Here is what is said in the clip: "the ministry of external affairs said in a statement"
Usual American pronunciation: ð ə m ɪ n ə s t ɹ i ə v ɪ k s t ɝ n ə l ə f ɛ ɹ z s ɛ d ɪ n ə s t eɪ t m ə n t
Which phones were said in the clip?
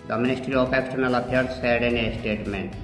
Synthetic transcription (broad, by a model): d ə m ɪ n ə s t ɹ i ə p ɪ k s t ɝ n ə l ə p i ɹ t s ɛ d ɪ n ə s t eɪ t m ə n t